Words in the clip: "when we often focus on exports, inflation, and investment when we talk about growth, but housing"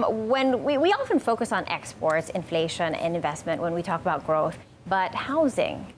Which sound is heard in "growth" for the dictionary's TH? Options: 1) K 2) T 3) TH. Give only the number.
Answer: 3